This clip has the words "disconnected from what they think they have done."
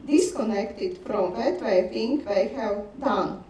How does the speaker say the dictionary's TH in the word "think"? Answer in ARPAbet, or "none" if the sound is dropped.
F